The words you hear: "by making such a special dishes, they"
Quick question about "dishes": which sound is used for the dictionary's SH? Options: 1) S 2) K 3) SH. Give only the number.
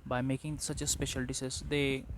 1